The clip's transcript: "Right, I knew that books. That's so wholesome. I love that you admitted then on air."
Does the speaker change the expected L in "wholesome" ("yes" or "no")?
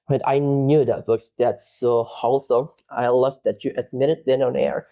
no